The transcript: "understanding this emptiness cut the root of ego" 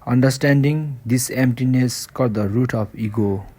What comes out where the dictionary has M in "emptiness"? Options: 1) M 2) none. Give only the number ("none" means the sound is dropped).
1